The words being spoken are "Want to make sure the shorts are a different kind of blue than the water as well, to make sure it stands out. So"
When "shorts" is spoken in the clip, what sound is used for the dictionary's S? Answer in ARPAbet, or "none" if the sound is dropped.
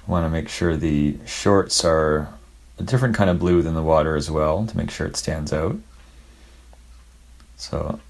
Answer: S